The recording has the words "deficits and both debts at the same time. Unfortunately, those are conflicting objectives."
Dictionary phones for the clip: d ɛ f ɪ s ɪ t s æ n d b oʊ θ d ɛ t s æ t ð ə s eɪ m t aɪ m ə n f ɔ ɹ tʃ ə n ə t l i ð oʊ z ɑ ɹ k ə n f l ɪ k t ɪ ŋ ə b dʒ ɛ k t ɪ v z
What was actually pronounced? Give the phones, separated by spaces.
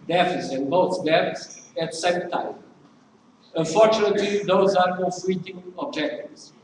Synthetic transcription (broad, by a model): d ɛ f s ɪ n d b oʊ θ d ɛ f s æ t s eɪ m t aɪ m ə n f ɔ ɹ tʃ ə n ə t l i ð oʊ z ɑ ɹ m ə f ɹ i t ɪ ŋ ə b dʒ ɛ k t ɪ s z